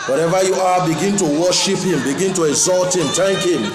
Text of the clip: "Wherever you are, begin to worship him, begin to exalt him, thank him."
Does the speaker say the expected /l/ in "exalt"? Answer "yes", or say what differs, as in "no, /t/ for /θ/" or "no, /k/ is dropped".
yes